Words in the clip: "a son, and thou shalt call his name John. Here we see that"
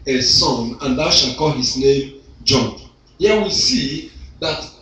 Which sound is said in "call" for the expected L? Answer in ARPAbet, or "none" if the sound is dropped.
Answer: L